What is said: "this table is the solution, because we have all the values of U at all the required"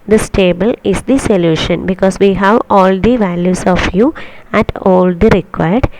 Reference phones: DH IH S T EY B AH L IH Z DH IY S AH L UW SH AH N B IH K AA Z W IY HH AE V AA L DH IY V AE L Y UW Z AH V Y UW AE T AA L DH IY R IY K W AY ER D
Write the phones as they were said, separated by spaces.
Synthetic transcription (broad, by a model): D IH S T EY B AH L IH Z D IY S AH L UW SH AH N B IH K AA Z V IY HH AE V AA L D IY V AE L Y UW S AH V Y UW AE T AA L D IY R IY K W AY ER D